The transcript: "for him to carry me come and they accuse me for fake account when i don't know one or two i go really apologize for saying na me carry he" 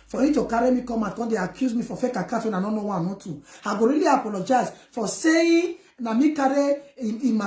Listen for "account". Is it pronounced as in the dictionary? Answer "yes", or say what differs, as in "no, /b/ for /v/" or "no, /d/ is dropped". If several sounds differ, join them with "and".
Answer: no, /n/ is dropped